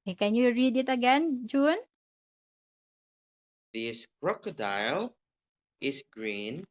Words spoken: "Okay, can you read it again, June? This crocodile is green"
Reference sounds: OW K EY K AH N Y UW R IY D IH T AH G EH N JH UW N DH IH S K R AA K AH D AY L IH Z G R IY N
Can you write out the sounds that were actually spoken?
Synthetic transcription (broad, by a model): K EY K AH N Y UW R IY D IH T AH G EH N JH UW N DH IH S K R AA K AH D AY L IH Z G R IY N